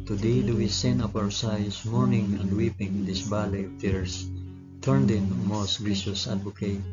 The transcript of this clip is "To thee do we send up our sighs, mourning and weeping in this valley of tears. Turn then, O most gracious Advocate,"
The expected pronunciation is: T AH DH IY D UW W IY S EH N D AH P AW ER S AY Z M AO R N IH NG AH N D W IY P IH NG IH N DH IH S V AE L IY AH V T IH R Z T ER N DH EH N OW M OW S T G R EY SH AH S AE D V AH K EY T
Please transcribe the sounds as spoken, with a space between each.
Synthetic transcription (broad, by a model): T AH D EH D UW W IY S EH N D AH P AW ER S AY S M AO R N IH NG AH N D W IY P IH NG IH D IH S B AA L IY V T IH R S T ER N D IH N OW M OW S T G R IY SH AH S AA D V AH K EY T